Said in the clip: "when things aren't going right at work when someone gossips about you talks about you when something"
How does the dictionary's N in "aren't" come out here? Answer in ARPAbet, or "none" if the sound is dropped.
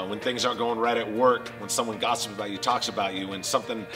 none